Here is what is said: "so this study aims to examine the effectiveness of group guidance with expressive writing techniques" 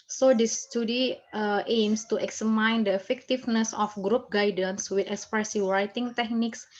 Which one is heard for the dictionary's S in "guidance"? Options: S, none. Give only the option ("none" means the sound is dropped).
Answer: S